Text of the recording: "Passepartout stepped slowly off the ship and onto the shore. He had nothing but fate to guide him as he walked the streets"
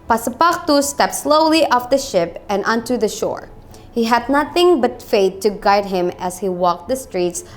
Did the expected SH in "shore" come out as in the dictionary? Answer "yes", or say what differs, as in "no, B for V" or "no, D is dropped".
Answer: yes